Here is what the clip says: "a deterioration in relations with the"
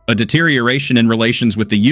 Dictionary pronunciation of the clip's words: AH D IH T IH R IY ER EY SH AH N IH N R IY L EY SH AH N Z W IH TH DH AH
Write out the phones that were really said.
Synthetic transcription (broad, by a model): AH D IH T IH R IY ER EY SH AH N IH N R IY L EY SH AH N Z W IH DH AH